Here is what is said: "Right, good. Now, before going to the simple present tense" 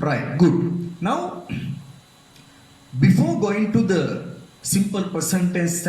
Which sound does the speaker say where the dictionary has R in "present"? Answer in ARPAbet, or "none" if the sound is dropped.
none